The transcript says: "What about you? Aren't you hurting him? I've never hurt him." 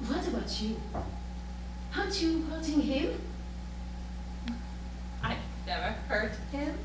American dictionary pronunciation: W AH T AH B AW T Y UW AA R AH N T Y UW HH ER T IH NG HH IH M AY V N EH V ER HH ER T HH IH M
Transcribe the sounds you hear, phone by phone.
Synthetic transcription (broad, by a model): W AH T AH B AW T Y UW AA AH T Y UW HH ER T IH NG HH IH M AY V N EH V ER HH ER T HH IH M